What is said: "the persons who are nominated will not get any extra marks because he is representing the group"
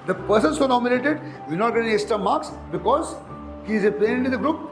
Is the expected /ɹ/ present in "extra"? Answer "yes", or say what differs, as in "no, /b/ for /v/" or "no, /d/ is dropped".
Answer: no, /ɹ/ is dropped